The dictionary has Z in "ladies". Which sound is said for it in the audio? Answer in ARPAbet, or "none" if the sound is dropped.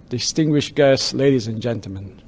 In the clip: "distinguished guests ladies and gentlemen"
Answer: Z